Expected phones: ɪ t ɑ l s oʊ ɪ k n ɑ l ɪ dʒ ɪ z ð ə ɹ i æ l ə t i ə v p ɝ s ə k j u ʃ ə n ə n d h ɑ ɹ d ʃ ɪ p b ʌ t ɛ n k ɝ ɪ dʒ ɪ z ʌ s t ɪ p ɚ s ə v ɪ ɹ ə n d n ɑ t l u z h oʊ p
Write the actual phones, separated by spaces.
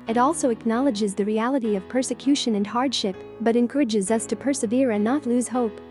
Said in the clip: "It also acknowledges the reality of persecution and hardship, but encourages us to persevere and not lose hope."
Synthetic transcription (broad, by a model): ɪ t ɑ l s oʊ ɪ k n ɑ l ɪ dʒ ɪ z ð ə ɹ i æ l ə t i ə v p ɝ s ə k j u ʃ ə n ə n h ɑ ɹ d ʃ ɪ p b ʌ t ɛ n k ɝ ɪ dʒ ɪ z ʌ s t ɪ p ɚ s ə v ɪ ɹ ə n n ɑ t l u z h oʊ p